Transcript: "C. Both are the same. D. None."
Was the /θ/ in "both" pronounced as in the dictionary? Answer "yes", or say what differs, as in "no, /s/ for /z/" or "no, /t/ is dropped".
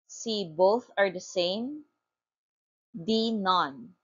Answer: yes